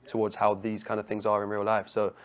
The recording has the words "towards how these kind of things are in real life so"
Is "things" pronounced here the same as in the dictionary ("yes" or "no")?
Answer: yes